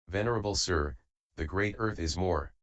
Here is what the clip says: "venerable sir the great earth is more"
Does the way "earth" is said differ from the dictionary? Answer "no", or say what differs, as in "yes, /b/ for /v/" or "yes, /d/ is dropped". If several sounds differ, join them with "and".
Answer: no